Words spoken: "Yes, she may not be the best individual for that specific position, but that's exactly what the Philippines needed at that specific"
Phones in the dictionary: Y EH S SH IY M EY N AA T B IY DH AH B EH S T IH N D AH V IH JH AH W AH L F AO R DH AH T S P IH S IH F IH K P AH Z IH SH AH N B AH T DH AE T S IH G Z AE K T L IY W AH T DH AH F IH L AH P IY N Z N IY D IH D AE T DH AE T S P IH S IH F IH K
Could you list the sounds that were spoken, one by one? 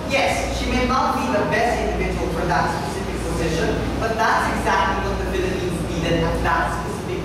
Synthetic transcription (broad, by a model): Y EH S SH IY M EY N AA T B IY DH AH B EH S T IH N D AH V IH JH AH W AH L F AO R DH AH T S P IH S IH F IH K P AH Z IH SH AH N B AH T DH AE T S IH G Z AE K T L IY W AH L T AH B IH L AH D IY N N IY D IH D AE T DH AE T S P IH S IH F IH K